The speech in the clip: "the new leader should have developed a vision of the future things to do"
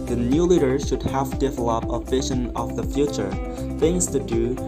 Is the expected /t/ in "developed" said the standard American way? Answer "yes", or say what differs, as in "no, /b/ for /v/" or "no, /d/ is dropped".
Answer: no, /t/ is dropped